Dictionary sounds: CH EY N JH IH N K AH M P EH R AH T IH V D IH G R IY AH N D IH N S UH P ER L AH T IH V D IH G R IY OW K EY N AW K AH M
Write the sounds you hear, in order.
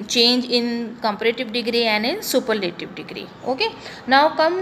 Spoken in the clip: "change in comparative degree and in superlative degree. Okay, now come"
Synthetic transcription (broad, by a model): CH EY N JH IH N K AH M P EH R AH T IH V D IH G R IY AH N D IH N S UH P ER N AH T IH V D IH G R IY OW K EY N AW K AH M